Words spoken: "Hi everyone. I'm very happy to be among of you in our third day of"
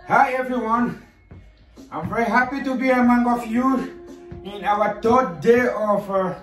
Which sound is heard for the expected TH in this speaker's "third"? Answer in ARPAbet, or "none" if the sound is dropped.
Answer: T